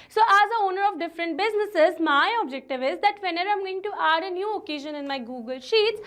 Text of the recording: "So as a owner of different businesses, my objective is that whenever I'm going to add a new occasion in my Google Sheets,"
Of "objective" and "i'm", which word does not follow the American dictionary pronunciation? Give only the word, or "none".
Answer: none